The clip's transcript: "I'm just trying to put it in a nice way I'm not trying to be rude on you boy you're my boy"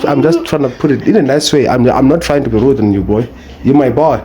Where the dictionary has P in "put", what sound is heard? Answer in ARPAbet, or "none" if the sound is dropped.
P